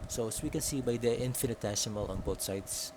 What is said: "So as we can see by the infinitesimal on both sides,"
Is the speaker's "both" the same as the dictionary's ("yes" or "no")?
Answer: no